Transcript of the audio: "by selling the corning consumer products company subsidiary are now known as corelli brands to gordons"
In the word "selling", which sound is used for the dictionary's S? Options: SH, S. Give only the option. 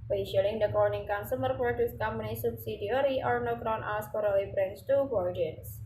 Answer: SH